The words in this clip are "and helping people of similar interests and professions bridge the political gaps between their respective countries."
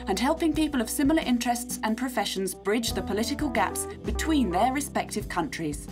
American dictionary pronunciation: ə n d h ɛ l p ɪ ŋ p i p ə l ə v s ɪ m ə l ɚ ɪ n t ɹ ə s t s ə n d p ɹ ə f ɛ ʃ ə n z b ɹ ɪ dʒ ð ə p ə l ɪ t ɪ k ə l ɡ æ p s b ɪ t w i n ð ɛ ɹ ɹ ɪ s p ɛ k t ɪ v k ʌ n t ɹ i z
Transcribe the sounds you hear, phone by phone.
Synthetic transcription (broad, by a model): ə n h ɛ l p ɪ ŋ p i p ə l ə v s ɪ m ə l ɚ ɪ n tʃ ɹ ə s t s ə n p ɹ ə f ɛ ʃ ə n z b ɹ ɪ dʒ ð ə p ə l ɪ t ɪ k ə l ɡ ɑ p s b ɪ t w i n ð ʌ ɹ ɹ ɪ s p ɛ k t ɪ v k ʌ n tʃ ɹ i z